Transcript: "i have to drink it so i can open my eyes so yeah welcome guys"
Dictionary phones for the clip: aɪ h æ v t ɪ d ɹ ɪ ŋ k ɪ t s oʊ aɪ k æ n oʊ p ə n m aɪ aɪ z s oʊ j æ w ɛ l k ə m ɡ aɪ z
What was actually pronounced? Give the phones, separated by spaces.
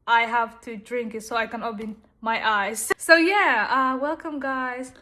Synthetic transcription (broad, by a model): aɪ h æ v t ɪ d ɹ ɪ ŋ k ɪ t s oʊ aɪ k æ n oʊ b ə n m aɪ aɪ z s oʊ j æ w ɛ l k ə m ɡ aɪ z